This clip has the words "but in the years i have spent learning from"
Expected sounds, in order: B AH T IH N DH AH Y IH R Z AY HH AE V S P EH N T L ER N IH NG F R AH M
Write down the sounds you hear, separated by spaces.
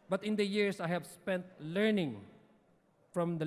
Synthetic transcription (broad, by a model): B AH T IH N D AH Y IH R S AY HH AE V S P EH N T L ER N IH NG F R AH M